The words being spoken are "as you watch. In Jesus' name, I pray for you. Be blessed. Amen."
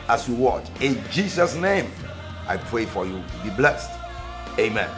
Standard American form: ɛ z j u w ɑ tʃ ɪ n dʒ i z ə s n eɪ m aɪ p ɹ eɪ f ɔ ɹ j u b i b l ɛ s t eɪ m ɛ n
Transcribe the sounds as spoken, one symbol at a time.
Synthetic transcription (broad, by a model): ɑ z j u w ɑ tʃ ɪ n dʒ i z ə s n eɪ m aɪ p ɹ eɪ f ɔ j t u b i b l ɛ s t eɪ m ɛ n